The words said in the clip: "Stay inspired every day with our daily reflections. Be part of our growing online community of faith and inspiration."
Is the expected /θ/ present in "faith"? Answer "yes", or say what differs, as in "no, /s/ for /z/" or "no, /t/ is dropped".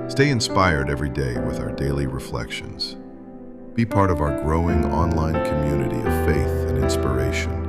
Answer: yes